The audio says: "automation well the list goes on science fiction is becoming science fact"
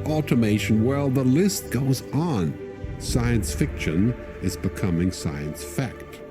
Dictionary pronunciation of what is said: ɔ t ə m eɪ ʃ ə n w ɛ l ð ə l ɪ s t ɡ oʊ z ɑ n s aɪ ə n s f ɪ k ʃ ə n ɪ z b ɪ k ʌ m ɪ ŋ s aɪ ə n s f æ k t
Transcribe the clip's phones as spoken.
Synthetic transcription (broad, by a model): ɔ t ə m eɪ ʃ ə n w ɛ l ð ə l ɪ s t ɡ oʊ z n s aɪ ə n s f ɪ k ʃ ə n ɪ z b ɪ k ʌ m ɪ ŋ s aɪ ə n s f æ k t